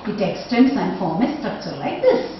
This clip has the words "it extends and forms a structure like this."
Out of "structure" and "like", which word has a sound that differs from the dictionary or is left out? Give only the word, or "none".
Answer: structure